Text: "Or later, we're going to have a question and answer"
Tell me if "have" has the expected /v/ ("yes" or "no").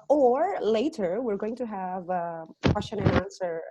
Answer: yes